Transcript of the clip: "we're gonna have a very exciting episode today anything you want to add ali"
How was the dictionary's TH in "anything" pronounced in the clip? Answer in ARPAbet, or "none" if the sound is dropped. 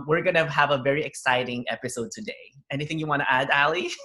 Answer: TH